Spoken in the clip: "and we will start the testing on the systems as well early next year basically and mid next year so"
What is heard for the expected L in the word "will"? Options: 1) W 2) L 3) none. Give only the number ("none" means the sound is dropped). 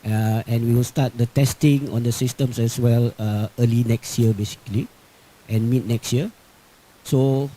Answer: 2